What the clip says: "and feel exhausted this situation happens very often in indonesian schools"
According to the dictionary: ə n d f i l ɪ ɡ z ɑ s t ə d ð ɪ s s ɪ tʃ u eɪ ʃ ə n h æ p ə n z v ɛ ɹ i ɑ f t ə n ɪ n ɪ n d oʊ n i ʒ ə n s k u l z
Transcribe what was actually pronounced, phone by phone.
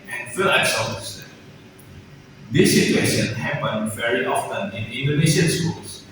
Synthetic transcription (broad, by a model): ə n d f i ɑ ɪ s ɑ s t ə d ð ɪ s s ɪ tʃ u eɪ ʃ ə n h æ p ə n v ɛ ɹ i ɑ f t ə n ɪ n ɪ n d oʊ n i ʃ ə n s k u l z